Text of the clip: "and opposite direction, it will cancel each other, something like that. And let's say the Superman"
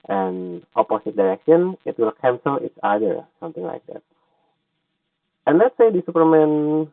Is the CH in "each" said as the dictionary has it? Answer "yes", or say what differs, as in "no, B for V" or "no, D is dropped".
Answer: no, S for CH